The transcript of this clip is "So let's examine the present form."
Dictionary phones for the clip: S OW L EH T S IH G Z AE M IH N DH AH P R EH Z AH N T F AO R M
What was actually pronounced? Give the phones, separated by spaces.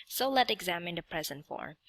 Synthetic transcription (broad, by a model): S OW L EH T IH G Z AE M IH N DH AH P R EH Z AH N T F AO R